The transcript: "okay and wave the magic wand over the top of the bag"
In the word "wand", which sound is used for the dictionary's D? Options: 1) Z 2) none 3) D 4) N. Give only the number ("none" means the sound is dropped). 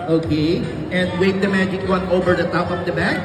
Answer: 2